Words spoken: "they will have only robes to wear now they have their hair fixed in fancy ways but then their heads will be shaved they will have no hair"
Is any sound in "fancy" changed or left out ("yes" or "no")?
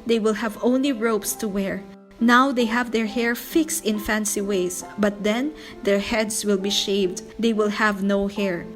no